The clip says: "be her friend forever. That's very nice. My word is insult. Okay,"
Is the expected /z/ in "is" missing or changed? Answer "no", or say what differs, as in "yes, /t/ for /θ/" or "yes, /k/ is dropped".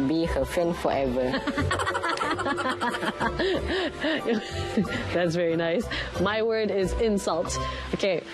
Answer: no